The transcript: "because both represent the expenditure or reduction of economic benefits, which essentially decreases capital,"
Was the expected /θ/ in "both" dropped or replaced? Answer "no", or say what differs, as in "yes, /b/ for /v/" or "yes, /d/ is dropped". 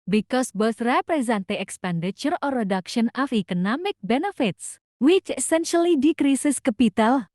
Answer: yes, /s/ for /θ/